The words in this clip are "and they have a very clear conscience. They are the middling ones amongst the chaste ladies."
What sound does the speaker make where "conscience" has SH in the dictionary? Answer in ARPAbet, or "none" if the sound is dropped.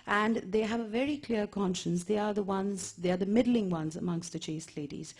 SH